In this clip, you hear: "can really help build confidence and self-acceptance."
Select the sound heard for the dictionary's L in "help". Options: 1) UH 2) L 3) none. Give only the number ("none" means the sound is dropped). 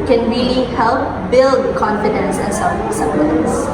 2